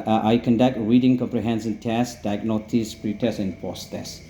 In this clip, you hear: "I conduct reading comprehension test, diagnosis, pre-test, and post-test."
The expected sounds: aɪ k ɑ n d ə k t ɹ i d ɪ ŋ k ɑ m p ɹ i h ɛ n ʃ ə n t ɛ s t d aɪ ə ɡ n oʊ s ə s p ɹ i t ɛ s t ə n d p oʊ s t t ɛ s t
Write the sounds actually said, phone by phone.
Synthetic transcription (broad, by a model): aɪ k ɑ n d ə k t ɹ i d ɪ ŋ k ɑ m p ɹ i h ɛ n s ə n t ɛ s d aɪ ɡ n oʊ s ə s p ɹ i t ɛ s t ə n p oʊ s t t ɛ s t